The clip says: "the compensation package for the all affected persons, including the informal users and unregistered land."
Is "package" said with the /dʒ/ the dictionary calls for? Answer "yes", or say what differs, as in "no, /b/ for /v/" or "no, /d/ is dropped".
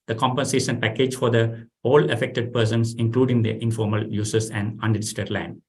yes